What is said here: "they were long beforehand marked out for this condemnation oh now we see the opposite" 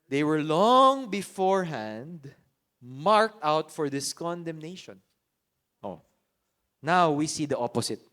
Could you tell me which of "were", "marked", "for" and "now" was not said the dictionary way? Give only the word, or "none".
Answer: none